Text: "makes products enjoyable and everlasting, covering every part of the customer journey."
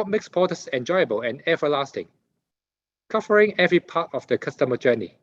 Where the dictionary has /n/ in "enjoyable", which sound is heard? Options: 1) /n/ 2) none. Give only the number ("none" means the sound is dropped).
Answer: 1